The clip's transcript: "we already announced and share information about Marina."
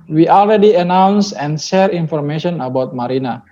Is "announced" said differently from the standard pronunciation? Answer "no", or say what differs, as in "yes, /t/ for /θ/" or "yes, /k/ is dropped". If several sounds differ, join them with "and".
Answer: yes, /t/ is dropped